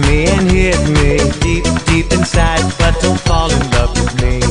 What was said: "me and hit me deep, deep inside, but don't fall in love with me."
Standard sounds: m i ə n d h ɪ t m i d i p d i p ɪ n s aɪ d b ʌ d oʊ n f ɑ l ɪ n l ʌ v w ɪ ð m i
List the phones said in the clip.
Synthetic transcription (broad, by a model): m i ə n h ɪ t m i d i p d i p ɪ n s aɪ d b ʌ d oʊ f ɑ l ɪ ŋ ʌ p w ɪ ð m i